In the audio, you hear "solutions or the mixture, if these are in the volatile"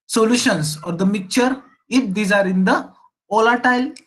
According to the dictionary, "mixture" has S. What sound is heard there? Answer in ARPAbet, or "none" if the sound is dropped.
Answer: none